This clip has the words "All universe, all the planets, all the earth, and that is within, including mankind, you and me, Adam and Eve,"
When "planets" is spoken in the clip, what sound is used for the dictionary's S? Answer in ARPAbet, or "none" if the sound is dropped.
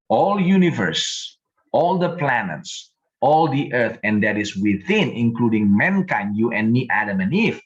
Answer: S